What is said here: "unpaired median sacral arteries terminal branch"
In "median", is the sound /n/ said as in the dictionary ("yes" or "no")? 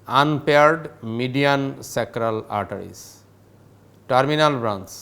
yes